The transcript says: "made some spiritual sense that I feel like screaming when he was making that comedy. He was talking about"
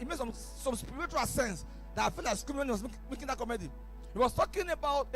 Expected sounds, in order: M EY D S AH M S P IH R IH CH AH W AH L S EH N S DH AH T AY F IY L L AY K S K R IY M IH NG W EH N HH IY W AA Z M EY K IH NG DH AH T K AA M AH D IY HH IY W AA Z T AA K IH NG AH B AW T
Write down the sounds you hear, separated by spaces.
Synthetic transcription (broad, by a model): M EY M S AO M S P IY R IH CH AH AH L S EH N S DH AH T AY F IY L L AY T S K IY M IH W EH N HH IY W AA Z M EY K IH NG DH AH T K AA M AH D IY HH IY W AA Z T AA K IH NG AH B AW T